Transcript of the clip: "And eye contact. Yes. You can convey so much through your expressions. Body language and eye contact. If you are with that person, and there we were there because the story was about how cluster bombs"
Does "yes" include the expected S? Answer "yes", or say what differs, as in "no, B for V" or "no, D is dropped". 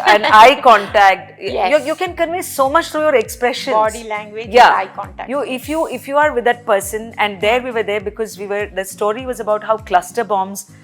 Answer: no, S is dropped